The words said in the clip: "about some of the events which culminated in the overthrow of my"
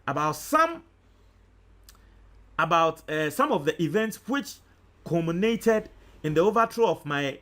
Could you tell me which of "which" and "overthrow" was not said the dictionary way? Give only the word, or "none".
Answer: overthrow